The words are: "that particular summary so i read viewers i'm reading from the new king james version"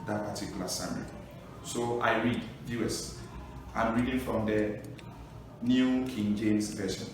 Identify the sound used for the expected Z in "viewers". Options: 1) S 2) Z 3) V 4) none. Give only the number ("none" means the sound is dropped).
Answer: 1